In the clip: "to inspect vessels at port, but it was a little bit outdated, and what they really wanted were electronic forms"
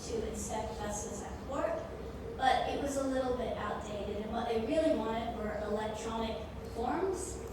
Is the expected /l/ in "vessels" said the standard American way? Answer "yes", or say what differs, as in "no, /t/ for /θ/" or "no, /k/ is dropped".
no, /l/ is dropped